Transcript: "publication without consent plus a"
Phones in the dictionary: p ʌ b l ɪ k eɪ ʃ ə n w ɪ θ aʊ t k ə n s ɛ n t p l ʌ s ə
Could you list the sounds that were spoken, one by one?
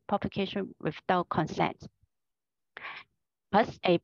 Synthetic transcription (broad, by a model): p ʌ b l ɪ k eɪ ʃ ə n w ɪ t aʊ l k ə n s ɛ n t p ʌ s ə